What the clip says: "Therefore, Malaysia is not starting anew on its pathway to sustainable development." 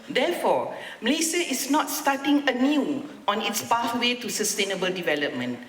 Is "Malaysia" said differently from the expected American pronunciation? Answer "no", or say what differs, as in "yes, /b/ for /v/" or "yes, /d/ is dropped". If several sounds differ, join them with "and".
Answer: yes, /s/ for /ʒ/